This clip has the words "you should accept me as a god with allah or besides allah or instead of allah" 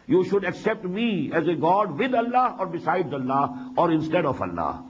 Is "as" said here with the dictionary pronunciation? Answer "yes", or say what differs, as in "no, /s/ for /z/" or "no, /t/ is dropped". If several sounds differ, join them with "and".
yes